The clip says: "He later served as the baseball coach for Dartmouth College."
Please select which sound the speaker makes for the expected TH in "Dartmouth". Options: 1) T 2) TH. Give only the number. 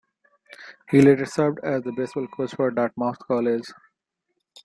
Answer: 1